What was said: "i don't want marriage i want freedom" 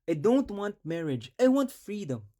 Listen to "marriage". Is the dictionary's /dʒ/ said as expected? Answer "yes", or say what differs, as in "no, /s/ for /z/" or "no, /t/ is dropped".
yes